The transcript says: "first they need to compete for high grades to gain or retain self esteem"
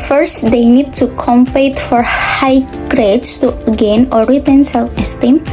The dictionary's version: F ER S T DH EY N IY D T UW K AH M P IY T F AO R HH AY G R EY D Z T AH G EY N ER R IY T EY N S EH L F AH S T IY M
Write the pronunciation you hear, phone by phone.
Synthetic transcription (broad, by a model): F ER S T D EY N IY D T UW K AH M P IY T F AO R HH AY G R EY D S T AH G EY N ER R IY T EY N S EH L AH S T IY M